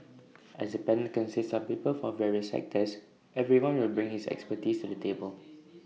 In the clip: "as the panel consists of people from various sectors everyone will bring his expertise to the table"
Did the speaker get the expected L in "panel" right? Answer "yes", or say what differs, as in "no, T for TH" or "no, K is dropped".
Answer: no, N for L